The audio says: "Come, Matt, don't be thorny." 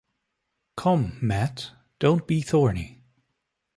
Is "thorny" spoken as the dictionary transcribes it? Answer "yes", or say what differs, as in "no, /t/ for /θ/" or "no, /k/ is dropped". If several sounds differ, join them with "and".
yes